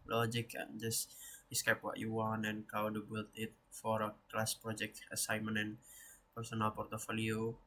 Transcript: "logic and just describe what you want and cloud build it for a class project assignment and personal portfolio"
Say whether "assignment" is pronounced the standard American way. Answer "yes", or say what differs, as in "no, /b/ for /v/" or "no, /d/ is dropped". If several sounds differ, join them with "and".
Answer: no, /n/ is dropped and /t/ is dropped